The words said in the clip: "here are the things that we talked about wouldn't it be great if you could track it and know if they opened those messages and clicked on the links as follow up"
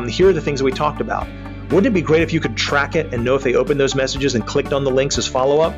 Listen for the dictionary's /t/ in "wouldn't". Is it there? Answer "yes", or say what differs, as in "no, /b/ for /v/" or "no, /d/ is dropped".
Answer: no, /t/ is dropped